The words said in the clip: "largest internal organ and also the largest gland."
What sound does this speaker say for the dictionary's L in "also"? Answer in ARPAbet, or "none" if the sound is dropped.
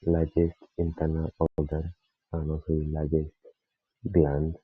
none